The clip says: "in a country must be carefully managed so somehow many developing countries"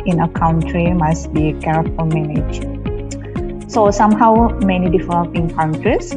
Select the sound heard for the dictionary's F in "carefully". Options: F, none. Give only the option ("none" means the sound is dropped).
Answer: none